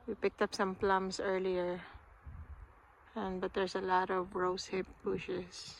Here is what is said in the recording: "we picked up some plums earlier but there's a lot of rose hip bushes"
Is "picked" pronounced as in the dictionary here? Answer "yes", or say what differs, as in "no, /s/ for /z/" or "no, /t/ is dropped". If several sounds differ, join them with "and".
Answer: yes